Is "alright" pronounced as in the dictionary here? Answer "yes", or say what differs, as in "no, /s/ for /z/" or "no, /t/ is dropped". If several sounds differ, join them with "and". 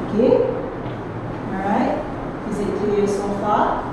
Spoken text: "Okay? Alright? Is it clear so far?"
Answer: no, /l/ is dropped